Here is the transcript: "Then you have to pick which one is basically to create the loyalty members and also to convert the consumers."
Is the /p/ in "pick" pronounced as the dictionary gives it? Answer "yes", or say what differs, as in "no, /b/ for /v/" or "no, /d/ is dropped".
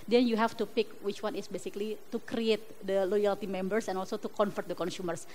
yes